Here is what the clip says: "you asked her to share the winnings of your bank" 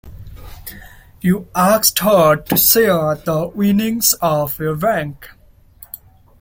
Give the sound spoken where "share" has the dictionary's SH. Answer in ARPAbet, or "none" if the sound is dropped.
S